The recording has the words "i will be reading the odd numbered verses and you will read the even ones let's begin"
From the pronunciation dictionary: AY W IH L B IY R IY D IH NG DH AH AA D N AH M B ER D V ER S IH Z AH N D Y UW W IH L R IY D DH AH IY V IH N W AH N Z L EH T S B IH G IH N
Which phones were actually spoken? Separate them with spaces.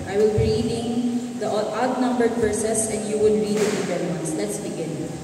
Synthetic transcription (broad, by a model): AY W IH L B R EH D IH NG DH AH AA D N AH M B ER D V ER S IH S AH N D Y UW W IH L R IY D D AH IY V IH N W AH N S L EH T S B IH G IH N